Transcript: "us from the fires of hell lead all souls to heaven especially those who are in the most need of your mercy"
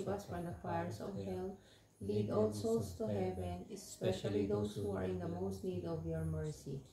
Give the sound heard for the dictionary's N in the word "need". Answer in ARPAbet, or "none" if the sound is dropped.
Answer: N